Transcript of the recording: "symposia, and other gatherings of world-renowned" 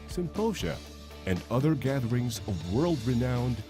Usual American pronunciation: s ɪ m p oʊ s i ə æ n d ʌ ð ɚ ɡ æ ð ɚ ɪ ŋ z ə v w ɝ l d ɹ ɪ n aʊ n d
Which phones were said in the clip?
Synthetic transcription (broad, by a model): s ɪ m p oʊ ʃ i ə n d ʌ ð ɚ ɡ æ ð ɚ ɪ ŋ z ə v w ɝ l d ɹ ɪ n aʊ n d